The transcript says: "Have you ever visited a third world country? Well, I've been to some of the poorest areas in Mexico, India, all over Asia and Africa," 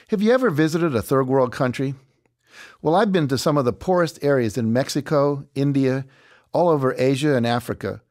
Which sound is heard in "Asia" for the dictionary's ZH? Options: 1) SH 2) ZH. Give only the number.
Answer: 2